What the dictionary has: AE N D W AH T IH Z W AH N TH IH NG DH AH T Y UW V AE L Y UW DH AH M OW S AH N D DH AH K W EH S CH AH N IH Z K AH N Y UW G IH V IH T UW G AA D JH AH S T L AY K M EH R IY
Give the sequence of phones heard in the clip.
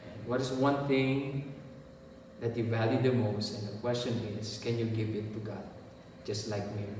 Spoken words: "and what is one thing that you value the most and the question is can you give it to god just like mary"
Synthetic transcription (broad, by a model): W AH T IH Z W AH N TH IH NG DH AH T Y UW V AE L Y UW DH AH M OW S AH N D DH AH K W EH S CH AH N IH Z K AH N Y UW G IH V IH T UW G AA D JH AH S T L AY K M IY